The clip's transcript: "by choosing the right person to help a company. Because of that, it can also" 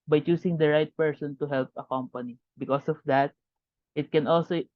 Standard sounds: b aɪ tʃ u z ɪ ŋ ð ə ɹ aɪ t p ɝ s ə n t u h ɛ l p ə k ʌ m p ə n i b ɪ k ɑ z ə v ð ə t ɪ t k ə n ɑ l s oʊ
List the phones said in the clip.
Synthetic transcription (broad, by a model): b aɪ tʃ u s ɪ ŋ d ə ɹ aɪ t p ɝ s ə n t u h ɛ l p ə k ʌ m p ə n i b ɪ k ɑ s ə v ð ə t ɪ t k ə n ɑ l s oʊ